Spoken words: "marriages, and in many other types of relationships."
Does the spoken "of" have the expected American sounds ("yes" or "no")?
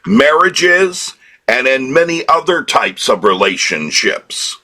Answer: yes